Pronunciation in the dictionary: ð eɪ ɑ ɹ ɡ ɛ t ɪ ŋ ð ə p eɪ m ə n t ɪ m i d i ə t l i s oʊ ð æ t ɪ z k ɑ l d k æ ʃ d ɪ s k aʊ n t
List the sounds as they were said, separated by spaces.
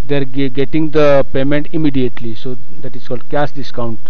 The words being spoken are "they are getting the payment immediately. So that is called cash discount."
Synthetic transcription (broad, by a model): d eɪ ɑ ɹ ɡ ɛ t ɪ ŋ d ə p eɪ m ə n t ɪ m i d i ə t l i s oʊ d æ t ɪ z k ɑ l d k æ s d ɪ s k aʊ n t